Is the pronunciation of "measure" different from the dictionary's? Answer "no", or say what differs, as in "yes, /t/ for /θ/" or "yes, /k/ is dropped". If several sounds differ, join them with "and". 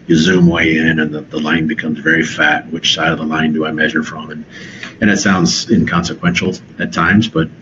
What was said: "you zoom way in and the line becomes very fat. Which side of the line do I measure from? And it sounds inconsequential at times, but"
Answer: no